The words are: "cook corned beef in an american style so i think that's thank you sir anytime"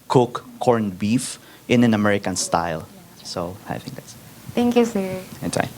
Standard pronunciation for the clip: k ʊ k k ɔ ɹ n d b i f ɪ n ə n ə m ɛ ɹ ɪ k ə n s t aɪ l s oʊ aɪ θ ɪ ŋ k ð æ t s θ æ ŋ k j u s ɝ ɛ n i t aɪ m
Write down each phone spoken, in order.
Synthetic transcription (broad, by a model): k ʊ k k ɔ ɹ n b i f ɪ n ə n ə m ɛ ɹ ɪ k ə n s t aɪ l s oʊ aɪ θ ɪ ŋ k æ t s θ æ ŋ k j u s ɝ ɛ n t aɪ